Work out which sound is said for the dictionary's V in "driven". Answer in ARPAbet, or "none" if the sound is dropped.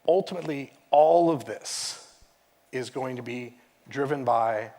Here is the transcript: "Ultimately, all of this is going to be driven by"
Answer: V